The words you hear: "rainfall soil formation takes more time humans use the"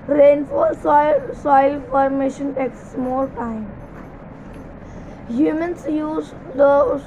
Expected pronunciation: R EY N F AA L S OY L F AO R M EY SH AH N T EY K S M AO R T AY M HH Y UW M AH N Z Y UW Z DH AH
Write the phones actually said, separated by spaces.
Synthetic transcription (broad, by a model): R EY N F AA S OY L F AO R M EY SH AH N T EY K S M AO L T AY M HH Y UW M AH N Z Y UW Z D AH